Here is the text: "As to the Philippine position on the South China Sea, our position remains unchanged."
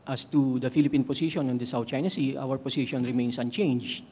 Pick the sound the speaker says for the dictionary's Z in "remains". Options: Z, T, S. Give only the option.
S